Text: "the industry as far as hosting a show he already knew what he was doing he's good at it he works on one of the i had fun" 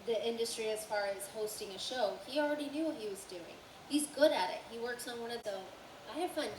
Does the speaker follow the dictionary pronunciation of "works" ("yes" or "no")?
yes